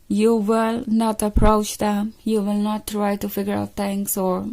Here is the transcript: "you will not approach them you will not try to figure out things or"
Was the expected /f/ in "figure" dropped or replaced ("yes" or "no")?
no